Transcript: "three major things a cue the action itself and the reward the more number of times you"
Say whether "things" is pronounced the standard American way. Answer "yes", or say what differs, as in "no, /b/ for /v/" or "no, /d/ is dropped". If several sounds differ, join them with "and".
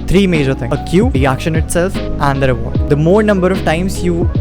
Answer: no, /t/ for /θ/ and /z/ is dropped